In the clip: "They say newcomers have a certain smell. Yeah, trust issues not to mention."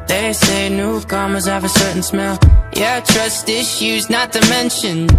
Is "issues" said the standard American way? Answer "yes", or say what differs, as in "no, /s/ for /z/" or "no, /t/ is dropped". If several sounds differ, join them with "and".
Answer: yes